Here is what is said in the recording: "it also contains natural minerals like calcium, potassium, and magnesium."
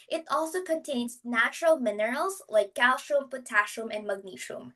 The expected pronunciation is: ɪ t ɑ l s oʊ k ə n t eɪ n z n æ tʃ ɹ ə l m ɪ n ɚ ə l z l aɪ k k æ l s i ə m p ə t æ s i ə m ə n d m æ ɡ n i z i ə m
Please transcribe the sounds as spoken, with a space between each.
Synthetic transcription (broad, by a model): ɪ t ɑ l s oʊ k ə n t eɪ n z n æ tʃ ɹ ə l m ɪ n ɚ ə l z l aɪ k k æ l ʃ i m p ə t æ ʃ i m ə n d m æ ɡ n i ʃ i m